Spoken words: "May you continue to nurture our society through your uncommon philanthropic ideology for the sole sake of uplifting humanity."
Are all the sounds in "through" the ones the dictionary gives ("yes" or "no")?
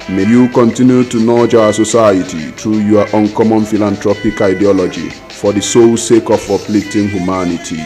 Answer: no